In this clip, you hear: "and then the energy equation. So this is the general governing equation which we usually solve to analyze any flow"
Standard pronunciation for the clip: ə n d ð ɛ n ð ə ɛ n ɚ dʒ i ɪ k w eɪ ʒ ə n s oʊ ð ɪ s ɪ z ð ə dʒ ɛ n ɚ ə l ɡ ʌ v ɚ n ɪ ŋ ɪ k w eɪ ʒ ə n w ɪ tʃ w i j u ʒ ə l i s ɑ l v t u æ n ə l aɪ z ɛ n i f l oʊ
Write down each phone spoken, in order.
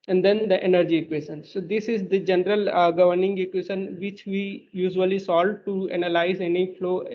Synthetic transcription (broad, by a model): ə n d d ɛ n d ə ɛ n ɚ dʒ i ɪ k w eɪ ʃ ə n s oʊ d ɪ s ɪ z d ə dʒ ɛ n ɚ ə l ɡ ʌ v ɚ n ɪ ŋ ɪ k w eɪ ʃ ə n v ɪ tʃ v i j u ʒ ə l i s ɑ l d t u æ n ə l aɪ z ɛ n i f l oʊ